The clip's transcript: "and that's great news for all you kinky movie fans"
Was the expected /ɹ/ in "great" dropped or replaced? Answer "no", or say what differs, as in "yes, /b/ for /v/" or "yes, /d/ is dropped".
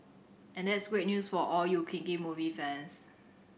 no